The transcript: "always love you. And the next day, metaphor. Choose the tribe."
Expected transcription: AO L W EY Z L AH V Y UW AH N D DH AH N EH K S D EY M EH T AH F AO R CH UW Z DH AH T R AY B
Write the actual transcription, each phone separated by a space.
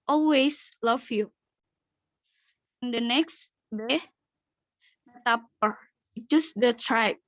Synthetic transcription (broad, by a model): AO L W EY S L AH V Y UW AH N D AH N EH K S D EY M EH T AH P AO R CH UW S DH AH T R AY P